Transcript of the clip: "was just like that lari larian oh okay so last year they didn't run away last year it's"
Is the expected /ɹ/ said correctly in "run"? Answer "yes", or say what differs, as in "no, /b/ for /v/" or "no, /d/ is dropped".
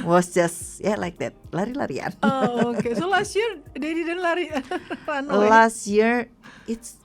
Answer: no, /l/ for /ɹ/